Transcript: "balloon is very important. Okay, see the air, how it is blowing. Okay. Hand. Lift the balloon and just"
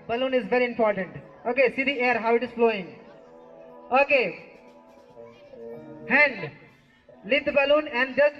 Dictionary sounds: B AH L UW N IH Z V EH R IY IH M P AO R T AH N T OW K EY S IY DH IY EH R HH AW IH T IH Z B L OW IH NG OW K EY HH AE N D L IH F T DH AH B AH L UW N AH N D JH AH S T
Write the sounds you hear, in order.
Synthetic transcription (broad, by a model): B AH L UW N IH Z V EH R IY IH M P AO R T AH N T OW K EY S IY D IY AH R HH AW IH T IH Z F L OW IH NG OW K EY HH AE N D L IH T B AH L UW N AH N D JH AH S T